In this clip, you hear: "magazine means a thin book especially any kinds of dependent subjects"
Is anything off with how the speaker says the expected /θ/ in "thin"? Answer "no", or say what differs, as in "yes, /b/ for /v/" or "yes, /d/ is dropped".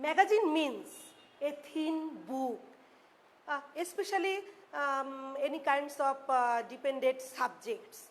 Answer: yes, /t/ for /θ/